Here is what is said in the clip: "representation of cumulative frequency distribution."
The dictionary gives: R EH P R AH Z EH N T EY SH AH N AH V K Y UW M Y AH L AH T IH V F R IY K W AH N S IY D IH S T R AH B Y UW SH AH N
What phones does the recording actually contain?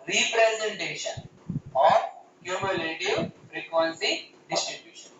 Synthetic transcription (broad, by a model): R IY P R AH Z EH N T EY SH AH N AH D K Y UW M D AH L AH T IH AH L R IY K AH L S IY D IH S T R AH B Y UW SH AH N